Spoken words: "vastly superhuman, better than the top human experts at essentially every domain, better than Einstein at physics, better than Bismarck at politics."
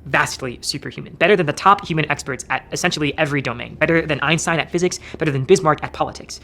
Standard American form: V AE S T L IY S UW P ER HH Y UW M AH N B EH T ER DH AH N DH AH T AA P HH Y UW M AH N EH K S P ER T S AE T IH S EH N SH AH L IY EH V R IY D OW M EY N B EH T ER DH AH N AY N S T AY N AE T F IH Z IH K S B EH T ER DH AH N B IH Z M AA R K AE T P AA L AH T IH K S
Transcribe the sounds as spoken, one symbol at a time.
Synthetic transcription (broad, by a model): V AE S T L IY S UW P ER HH Y UW M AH N B EH T ER DH AH N DH AH T AA P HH Y UW M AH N EH K S P ER T S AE T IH S EH N SH L IY EH V R IY D OW M EY N B EH T ER DH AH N AY N S AY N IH T F IH Z IH K S B EH T ER DH AH N B IH Z M AA R K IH T P AA L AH T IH K S